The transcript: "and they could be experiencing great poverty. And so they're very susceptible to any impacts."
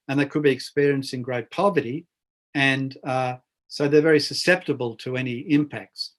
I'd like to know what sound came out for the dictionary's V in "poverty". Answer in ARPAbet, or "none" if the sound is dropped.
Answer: V